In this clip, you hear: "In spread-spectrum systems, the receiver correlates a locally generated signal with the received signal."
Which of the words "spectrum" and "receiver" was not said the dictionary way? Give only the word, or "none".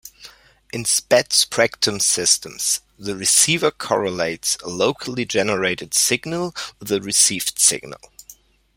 spectrum